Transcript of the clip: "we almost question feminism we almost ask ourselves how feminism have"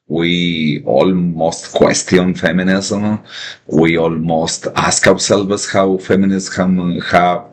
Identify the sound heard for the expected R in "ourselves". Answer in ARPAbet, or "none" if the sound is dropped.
W